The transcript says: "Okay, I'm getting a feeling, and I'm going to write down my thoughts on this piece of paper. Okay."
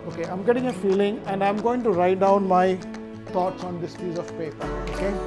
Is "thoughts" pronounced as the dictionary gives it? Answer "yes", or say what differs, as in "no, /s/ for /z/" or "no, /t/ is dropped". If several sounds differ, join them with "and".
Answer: no, /t/ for /θ/